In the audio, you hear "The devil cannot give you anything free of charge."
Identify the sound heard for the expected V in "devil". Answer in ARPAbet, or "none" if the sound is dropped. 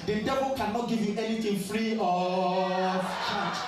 B